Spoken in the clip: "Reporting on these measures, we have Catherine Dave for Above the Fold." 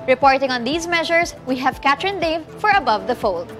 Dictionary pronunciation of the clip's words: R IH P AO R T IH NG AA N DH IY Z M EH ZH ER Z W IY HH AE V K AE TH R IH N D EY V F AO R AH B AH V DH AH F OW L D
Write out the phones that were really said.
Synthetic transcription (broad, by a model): R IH P AO R T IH NG AA N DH IY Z M EH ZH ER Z W IY HH AE V K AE T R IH N D EY V F AO R AH B AH V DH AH F OW L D